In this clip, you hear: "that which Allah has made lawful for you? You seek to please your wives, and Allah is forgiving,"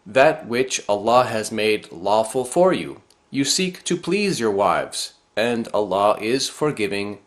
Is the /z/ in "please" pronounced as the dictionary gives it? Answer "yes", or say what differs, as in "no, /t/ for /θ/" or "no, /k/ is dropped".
yes